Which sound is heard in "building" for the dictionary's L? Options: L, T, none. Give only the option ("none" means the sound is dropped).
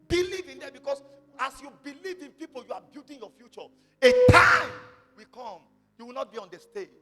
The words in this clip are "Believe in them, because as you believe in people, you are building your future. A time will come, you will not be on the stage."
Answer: none